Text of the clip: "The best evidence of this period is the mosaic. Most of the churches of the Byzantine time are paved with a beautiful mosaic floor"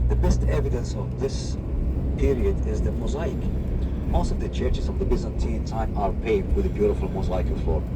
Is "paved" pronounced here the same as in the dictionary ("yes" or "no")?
no